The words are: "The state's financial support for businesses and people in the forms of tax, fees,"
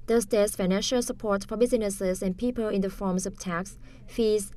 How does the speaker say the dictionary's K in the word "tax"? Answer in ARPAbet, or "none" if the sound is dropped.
K